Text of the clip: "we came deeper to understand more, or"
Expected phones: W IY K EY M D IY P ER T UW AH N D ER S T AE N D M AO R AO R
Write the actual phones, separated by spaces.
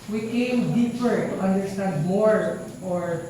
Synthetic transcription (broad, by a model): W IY K EY M D IY P ER T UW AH N D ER S T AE N D M AO R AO R